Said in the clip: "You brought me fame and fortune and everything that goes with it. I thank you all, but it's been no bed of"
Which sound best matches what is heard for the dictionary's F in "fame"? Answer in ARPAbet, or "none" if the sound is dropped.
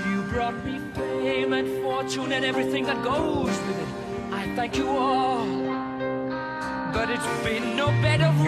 P